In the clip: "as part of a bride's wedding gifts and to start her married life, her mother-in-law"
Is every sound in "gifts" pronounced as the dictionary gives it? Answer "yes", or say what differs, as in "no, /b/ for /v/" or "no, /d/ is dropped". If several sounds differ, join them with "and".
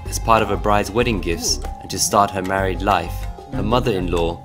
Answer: yes